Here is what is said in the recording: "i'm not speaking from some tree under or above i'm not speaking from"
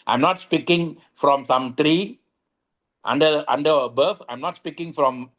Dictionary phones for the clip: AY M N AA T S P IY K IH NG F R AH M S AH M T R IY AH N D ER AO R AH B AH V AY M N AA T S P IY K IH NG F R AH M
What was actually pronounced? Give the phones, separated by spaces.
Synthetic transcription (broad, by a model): AY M N AA T S P IY K IH NG F R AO M S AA M T R IY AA N D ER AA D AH B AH F AY M N AA T S P IY K IH NG F R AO M